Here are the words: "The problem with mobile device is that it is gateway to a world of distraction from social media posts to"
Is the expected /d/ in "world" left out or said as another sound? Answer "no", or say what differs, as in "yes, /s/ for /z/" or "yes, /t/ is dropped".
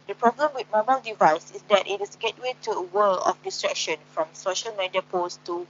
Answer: yes, /d/ is dropped